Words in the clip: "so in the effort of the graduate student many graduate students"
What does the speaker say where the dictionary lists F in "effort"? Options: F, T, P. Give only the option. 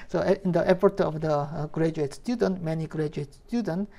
P